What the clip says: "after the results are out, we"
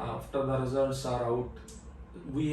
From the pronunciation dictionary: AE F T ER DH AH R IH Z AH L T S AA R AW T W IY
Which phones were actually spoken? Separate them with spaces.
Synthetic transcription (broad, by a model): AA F T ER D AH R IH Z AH T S AA R AW T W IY